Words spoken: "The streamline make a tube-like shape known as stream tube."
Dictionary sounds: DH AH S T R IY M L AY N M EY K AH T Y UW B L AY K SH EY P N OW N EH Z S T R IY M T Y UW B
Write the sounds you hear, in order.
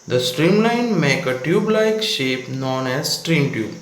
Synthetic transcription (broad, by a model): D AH S T R IY M L AY N M EY K AH T Y UW B L AY K SH EY P N OW N EH Z S T R IY M T Y UW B